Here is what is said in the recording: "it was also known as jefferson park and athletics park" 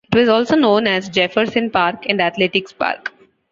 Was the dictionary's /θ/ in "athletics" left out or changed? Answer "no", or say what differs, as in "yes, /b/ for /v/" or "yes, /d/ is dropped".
yes, /t/ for /θ/